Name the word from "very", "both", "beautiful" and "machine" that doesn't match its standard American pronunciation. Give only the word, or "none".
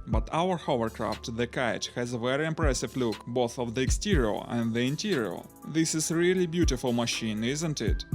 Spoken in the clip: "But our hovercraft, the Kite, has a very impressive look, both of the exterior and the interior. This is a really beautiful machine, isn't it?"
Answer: none